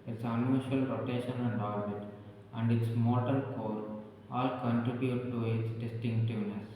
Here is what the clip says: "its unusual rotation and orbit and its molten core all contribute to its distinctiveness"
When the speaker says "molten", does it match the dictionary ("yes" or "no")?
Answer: no